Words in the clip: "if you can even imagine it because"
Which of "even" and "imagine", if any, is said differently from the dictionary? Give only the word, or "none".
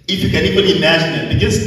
even